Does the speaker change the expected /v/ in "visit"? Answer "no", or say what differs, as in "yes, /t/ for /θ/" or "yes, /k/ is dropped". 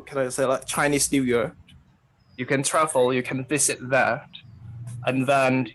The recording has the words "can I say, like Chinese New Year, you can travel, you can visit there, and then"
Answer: no